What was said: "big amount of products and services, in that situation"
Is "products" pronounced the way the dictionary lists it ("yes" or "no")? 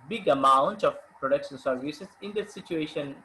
no